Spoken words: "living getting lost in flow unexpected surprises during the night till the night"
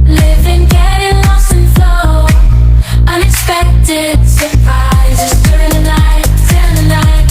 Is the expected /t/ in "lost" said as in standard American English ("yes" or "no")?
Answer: no